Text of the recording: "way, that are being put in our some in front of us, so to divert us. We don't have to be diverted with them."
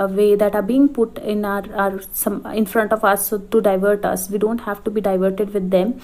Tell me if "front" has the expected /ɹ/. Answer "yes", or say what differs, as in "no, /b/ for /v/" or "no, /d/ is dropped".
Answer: yes